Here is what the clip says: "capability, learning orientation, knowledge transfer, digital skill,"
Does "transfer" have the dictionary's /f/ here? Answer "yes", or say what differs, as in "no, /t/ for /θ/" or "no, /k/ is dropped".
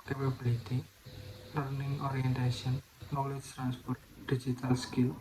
no, /p/ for /f/